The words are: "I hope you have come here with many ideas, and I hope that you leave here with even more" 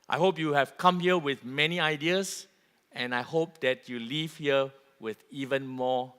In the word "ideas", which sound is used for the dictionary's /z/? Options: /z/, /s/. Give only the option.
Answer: /s/